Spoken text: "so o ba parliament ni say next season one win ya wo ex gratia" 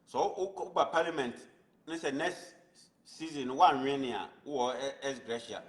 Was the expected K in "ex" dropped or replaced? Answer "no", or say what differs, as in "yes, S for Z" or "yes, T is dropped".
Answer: yes, K is dropped